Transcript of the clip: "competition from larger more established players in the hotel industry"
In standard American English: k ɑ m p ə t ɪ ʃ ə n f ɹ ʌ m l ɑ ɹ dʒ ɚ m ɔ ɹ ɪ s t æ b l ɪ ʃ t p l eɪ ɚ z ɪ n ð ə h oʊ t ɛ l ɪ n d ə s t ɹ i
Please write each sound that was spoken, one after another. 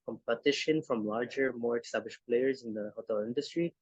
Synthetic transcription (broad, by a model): k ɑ m p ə t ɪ ʃ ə n f ɹ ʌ m l ɑ ɹ dʒ ɚ m ɔ ɹ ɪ s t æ b l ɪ ʃ p l eɪ ɚ z ɪ n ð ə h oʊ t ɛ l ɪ n d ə s t ɹ i